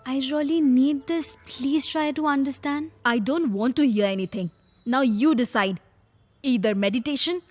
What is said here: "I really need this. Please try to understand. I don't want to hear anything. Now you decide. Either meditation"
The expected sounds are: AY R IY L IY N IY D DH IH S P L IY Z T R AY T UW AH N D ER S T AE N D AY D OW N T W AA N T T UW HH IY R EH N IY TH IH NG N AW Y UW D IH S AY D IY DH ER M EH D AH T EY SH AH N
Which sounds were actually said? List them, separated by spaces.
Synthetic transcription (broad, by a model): AY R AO L IY N IY D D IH S P L IY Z T R AY T UW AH N D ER S T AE N D AY D OW N T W AA N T T UW HH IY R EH N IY T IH NG N AW Y UW D IH S AY D IY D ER M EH D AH T EY SH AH N